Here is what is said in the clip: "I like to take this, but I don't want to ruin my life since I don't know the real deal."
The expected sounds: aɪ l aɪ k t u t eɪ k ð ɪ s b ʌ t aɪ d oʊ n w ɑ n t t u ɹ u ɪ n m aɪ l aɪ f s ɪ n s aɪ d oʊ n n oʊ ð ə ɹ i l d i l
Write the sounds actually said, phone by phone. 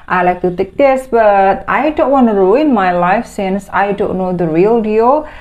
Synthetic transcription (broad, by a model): aɪ l aɪ k t u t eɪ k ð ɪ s b ʌ t aɪ d oʊ n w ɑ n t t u ɹ u ɪ n m aɪ l aɪ f s ɪ n s aɪ d oʊ n n oʊ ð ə ɹ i l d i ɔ